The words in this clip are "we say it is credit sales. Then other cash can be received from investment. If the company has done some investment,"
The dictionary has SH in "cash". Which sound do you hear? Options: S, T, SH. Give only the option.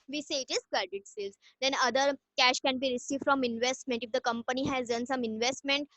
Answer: SH